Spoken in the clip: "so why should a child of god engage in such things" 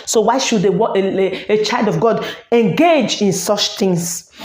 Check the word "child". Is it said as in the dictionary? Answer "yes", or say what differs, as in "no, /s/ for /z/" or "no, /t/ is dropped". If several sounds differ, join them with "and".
yes